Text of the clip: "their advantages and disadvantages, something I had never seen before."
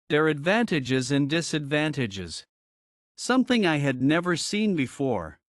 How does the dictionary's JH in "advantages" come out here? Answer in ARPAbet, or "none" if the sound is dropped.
JH